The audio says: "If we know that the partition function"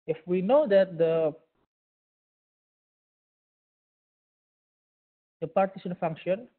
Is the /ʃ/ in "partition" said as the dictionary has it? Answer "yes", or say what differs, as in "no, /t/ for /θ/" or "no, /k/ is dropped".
no, /s/ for /ʃ/